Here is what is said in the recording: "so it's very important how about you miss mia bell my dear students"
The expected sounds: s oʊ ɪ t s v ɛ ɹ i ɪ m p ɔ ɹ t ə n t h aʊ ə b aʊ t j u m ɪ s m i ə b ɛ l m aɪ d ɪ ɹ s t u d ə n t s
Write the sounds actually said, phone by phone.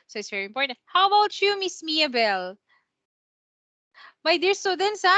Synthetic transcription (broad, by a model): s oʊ ɪ t s v ɛ ɹ i ɪ m p ɔ ɹ t ə n t h aʊ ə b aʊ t j u m ɪ s m i ə b ɛ l m aɪ d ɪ ɹ s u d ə n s